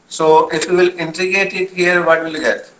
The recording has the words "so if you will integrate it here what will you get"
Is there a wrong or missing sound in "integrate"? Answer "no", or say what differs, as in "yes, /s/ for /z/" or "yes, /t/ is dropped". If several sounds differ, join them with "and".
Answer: yes, /ɹ/ is dropped